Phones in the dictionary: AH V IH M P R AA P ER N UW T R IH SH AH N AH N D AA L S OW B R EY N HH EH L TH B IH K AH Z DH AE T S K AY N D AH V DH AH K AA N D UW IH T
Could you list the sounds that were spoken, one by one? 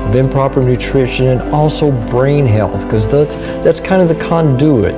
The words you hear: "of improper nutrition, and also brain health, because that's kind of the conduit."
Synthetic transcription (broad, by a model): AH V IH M P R AA P ER N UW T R IH SH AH N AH N AA L S OW B R EY N HH EH L TH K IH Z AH S DH AE T S K AY N D AH V DH AH K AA N D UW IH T